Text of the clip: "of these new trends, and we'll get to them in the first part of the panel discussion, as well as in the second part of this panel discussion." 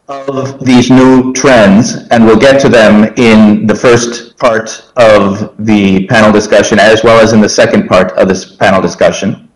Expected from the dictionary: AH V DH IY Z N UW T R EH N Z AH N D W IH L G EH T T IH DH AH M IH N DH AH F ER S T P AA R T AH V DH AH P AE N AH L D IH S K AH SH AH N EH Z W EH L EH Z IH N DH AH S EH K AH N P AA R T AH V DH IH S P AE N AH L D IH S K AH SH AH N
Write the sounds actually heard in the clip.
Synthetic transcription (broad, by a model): AH V DH IY Z N UW T R EH N Z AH N W IH L G EH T T IH DH AH M IH N DH AH F ER S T P AA R T AH V DH AH P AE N L D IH S K AH SH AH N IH Z W EH L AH Z IH N DH AH S EH K AH N P AA R T AH V DH IH S P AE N L D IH S K AH SH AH N